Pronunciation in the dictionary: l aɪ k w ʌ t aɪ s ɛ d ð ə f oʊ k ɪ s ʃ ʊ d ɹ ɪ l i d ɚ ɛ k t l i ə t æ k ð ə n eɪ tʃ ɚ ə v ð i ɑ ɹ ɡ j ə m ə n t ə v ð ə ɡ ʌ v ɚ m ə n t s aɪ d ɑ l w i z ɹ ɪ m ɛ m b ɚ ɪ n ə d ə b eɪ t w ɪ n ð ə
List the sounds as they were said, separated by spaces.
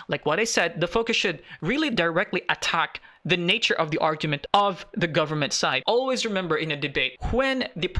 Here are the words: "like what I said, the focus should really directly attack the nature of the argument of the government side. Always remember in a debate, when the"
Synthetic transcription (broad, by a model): l aɪ k w ʌ t aɪ s ɛ d ð ə f oʊ k ɪ s ʃ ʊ d ɹ ɪ l i d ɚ ɛ k t l i ə t æ k ð ə n eɪ tʃ ɚ ə v ð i ɑ ɹ ɡ j ə m ə n t ə v ð ə ɡ ʌ v ɚ m ə n t s aɪ d ɑ l w i z ɹ ɪ m ɛ m b ɚ ɪ n ə d ə b eɪ t w ɪ n ð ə